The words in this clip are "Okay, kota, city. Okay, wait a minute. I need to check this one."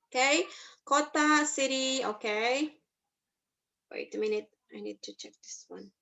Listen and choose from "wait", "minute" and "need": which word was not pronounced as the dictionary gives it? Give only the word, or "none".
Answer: none